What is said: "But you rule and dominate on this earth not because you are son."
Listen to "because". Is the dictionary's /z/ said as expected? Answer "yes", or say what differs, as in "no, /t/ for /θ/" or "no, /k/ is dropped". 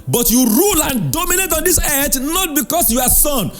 no, /s/ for /z/